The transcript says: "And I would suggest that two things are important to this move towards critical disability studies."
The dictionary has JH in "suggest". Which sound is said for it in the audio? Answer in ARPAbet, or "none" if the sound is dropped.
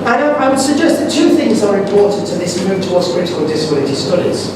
JH